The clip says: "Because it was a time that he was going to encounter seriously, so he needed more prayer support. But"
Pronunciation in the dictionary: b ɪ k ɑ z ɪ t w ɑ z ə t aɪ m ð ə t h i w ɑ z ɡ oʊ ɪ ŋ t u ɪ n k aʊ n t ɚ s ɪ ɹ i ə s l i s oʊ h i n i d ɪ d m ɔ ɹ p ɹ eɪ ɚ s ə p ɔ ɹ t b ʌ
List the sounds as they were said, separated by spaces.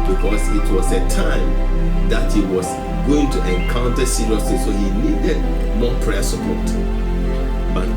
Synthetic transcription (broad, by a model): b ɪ k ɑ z ɪ t w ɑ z ə t aɪ m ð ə t h i w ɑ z ɡ oʊ ɪ ŋ t u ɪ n k aʊ n t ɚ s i l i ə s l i s oʊ h i n i d ɪ d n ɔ p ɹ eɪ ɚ s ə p ɔ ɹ t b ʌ